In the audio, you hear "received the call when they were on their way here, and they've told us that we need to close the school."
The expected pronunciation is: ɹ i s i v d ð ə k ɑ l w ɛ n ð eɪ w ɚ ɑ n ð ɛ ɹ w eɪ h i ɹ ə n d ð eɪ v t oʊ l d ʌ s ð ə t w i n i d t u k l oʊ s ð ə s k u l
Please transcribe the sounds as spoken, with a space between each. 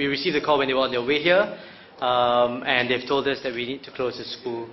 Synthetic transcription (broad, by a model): ɹ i s i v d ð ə k ɑ l w ɛ n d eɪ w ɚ ɑ n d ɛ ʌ w eɪ h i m ə n d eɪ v t oʊ l d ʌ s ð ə t w i n i d t u k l oʊ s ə s k u l